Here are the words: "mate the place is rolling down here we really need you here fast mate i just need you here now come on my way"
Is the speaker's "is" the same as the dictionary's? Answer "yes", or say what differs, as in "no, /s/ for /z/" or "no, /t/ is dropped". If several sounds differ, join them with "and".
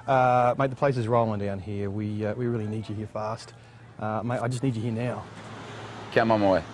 yes